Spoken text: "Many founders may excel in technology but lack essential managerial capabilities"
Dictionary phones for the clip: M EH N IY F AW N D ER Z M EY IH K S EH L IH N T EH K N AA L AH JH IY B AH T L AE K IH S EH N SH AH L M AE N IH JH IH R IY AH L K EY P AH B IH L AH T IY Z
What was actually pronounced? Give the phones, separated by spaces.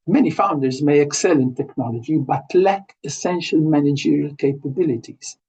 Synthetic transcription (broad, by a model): M EH N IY F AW N D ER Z M EY IH K S EH L IH N T EH K N AA L AH JH IY B AH T L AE K IH S EH N SH AH L M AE N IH JH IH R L K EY P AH B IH L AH T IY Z